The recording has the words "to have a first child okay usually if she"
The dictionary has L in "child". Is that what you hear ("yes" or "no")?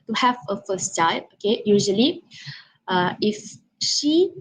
no